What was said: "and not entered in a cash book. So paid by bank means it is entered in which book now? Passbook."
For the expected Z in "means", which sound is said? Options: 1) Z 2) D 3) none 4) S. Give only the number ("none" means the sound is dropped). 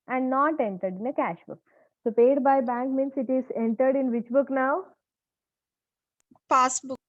4